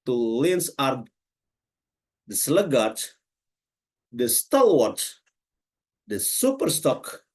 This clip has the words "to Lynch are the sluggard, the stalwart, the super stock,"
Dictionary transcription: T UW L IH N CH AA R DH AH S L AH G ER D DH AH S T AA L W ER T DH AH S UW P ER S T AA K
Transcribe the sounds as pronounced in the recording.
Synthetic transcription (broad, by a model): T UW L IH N S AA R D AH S L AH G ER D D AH S T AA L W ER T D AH S UW P ER S T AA K